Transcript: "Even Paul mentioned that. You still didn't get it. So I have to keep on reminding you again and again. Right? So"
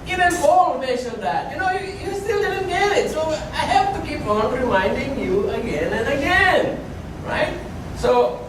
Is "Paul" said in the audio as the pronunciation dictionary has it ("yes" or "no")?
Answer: no